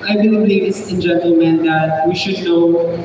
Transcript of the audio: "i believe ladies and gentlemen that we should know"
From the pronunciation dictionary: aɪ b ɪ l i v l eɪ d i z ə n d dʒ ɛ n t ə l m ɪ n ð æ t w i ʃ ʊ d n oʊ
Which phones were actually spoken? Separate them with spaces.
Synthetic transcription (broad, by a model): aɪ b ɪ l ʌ b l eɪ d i s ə n dʒ ɛ n t ə l m ɪ n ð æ t w i ʃ ʊ d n oʊ